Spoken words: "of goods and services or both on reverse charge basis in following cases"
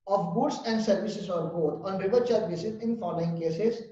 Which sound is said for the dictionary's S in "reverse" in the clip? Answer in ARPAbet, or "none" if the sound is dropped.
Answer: none